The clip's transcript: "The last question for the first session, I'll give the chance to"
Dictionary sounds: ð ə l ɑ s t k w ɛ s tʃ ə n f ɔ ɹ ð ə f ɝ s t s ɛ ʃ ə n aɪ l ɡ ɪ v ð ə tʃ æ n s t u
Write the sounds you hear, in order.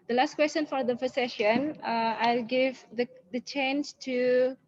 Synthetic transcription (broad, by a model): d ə l ɑ s t k w ɛ s tʃ ə n f ɔ ɹ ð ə p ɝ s s ɛ ʃ ə n aɪ l ɡ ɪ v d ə tʃ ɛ n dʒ t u